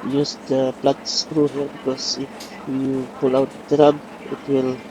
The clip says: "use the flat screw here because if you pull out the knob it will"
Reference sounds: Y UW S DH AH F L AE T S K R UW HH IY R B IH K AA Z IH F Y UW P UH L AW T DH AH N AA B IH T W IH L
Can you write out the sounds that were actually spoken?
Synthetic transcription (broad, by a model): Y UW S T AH P L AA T S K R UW HH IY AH B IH K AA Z IH F Y UW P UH L AW T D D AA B IH T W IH L